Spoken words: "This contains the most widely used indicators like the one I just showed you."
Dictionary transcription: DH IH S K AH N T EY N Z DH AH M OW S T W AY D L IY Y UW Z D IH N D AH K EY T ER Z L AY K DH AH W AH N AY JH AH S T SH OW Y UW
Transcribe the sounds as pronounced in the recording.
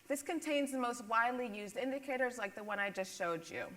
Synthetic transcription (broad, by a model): DH IH S K AH N T EY N Z DH AH M OW S T W AY D L IY Y UW Z D IH N D AH K EY T ER Z L AY K DH AH W AH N AY JH AH S T SH OW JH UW